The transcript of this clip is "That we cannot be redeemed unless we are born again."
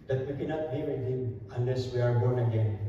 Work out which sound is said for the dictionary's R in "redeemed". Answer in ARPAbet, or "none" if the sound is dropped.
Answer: W